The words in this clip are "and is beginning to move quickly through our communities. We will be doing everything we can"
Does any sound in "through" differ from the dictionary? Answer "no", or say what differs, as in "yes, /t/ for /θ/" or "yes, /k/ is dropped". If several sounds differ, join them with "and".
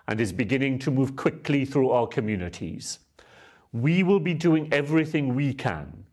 no